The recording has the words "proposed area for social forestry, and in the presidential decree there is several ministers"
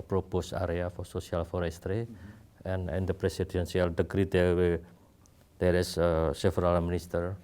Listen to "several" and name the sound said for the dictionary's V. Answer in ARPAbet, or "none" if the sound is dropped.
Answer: F